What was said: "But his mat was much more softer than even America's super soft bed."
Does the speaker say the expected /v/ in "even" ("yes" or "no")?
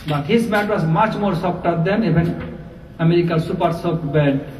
no